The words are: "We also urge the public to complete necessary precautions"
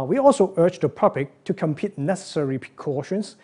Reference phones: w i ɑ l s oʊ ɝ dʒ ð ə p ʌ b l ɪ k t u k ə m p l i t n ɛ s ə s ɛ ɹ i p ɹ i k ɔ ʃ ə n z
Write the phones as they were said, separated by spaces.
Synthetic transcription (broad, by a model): w i ɑ l s oʊ ɝ dʒ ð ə p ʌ b l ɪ k t u k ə m p i t n ɛ s ə s ɛ ɹ i p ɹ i k ɔ ʃ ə n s